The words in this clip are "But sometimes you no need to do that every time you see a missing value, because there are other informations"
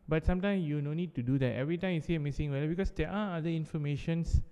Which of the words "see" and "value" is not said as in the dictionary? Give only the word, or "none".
value